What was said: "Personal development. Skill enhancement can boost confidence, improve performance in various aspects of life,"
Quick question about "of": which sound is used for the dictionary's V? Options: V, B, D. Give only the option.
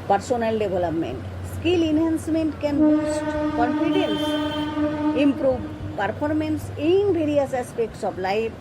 B